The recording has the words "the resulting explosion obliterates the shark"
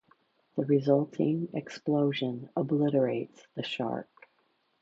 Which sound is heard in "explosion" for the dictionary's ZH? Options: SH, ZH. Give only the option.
ZH